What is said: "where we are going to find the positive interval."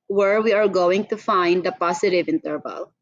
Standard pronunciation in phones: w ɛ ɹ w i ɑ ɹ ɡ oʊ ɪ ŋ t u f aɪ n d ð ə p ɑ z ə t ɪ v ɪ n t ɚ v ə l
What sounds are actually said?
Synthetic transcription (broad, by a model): w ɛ ɹ w i ɑ ɹ ɡ oʊ ɪ ŋ t u f aɪ n d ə p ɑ s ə t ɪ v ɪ n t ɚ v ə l